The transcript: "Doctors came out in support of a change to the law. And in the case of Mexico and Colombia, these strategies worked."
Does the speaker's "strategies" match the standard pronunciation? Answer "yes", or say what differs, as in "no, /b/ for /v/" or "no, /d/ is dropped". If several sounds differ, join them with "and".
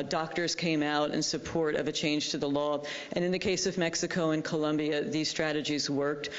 yes